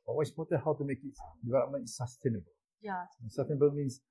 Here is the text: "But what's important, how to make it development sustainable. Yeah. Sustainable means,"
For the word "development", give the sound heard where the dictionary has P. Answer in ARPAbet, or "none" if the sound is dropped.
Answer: none